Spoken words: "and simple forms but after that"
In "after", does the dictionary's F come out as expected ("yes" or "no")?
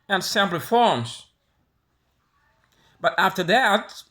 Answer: yes